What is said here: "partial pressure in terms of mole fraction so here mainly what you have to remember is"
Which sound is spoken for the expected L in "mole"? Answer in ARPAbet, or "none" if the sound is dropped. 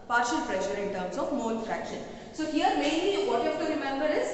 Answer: N